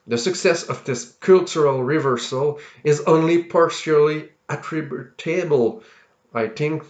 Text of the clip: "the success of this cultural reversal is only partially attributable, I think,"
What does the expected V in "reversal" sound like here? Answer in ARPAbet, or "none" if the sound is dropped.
V